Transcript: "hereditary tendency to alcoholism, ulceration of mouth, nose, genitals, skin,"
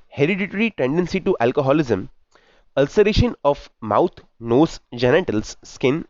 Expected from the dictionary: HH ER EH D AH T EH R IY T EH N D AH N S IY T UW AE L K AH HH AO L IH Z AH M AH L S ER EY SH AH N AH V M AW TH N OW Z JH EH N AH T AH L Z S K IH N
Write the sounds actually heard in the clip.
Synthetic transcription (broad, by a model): HH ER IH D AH T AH R IY T EH N D AH N S IY T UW AE L K AH HH AO L IH Z AH M AH L S ER EY SH AH N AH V M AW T N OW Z JH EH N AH T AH L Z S K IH N